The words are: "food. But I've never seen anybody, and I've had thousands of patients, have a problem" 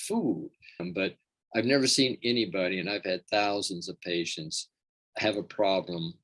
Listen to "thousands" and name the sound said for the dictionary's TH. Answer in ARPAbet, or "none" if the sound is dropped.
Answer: TH